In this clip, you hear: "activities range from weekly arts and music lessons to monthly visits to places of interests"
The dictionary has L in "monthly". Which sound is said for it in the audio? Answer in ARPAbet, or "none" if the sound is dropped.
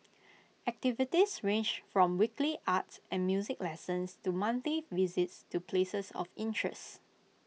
none